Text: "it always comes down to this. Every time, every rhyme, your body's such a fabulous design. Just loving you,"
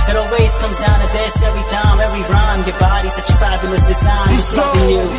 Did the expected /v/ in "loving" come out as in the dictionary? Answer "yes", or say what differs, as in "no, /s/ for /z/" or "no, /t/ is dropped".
no, /v/ is dropped